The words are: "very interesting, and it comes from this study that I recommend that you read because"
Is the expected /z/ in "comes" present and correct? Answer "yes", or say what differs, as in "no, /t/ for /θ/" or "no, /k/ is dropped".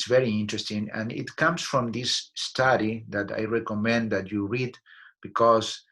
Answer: no, /s/ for /z/